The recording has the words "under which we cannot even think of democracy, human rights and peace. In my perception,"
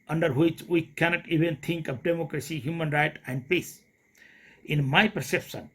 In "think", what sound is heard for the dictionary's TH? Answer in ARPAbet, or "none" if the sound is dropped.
T